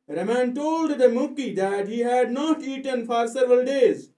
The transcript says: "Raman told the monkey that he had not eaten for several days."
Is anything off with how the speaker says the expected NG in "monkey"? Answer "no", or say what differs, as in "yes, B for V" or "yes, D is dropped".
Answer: yes, NG is dropped